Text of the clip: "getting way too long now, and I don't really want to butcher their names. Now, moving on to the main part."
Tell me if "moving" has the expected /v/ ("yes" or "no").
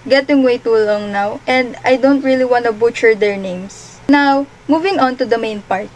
yes